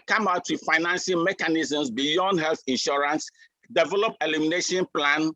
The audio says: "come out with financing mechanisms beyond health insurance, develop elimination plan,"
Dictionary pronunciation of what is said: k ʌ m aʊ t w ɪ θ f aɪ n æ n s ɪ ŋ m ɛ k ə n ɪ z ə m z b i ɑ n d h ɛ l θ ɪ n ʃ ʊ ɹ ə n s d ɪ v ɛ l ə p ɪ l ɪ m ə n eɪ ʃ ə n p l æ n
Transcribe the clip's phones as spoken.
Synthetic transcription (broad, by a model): k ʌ m aʊ t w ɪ f aɪ n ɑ n s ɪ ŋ m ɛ k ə n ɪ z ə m s b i ɑ n d h ɛ l θ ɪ n ʃ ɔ ɹ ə n s d ɪ v ɛ l ə p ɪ l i m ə n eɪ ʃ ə n p l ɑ n